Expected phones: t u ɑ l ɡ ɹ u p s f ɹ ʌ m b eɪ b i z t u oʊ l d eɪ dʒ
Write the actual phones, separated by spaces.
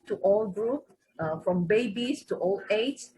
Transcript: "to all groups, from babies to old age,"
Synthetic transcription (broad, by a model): t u ɑ l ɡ ɹ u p f ɹ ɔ m b eɪ b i s t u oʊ l eɪ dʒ